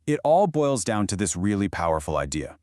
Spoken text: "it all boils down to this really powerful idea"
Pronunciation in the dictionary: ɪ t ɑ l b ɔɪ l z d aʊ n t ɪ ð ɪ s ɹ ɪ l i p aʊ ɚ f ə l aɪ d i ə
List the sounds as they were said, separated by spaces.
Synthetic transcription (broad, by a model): ɪ t ɑ l b ɔɪ l z d aʊ n t ɪ ð ɪ s ɹ ɪ l i p aʊ ɚ f l aɪ d i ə